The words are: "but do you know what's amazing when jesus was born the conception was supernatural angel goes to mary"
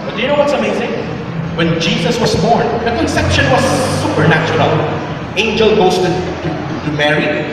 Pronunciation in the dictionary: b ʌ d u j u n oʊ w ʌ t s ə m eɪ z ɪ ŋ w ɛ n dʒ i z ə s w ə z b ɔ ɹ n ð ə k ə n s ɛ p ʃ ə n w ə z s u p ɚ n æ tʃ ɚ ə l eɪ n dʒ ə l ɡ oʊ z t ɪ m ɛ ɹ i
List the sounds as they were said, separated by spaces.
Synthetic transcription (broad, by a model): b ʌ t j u n oʊ w ʌ t s ə m eɪ z ɪ ŋ w ɛ n dʒ i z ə s w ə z b ɔ ɹ n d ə k ə n s ɛ p ʃ ə n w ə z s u p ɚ n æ tʃ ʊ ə l eɪ n dʒ ə l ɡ oʊ s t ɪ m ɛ ɹ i